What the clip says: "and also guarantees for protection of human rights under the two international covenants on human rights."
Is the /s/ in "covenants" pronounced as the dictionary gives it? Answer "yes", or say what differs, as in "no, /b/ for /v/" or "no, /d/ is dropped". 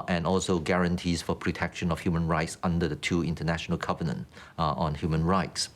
no, /s/ is dropped